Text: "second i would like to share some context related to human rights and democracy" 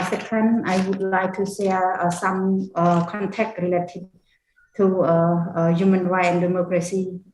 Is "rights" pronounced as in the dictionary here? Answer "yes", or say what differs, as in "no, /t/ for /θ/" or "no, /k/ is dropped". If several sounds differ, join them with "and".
no, /s/ is dropped